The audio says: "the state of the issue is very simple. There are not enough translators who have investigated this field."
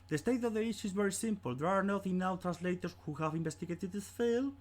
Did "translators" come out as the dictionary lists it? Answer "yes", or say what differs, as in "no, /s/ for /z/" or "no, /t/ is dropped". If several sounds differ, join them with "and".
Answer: no, /s/ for /z/